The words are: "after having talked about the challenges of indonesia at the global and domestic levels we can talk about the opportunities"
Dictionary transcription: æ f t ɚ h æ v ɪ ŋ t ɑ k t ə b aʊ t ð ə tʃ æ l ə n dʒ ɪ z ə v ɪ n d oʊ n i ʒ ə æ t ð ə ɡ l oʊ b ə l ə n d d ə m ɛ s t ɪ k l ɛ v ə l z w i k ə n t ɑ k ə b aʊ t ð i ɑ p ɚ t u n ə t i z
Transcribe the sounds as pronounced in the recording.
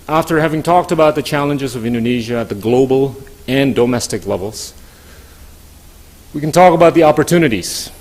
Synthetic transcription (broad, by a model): æ f t ɚ h æ v ɪ ŋ t ɑ k t ə b aʊ t ð ə tʃ æ l ə n dʒ ɪ z ə v ɪ n d oʊ n i ʒ ə t ð ə ɡ l oʊ b l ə n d d ə m ɛ s t ɪ k l ɛ v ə l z w i k n t ɑ k ə b aʊ t ð i ɑ p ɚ t u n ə t i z